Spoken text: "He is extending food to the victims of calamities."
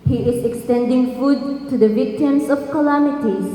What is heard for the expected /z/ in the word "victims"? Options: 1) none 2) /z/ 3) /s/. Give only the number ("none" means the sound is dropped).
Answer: 3